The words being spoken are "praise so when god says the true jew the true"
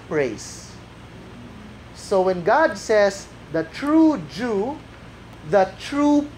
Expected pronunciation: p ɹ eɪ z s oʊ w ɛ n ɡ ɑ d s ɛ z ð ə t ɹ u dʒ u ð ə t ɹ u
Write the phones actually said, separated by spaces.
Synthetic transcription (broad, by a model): p ɹ eɪ s oʊ w ɛ n ɡ ɑ d s ɛ s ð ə t ɹ u dʒ u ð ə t ɹ u